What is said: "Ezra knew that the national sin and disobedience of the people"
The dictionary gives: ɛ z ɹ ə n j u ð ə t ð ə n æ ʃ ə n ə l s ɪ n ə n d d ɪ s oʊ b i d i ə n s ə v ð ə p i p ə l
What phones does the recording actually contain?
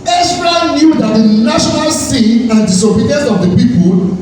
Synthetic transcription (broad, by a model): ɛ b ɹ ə n j u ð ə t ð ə n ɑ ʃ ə n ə l s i ə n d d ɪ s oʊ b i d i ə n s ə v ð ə p i p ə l